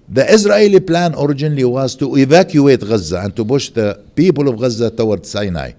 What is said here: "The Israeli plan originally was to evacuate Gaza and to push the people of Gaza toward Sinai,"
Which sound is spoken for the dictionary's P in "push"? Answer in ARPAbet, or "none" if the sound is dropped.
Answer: B